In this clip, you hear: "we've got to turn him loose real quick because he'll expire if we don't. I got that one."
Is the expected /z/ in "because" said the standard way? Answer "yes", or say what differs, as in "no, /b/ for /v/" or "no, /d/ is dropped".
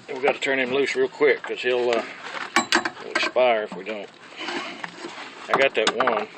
no, /z/ is dropped